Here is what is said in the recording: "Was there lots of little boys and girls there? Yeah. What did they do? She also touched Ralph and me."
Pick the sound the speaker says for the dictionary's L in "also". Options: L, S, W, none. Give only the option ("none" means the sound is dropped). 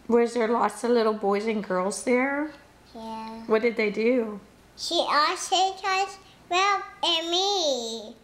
none